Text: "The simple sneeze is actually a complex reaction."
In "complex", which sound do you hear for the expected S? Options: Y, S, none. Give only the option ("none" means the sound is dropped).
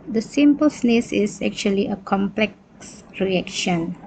S